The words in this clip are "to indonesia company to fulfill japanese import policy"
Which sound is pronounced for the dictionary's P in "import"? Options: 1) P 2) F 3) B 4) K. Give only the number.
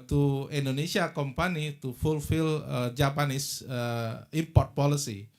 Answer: 1